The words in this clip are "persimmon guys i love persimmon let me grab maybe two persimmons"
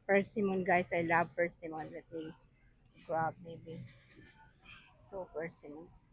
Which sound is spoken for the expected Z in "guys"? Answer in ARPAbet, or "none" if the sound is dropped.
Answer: S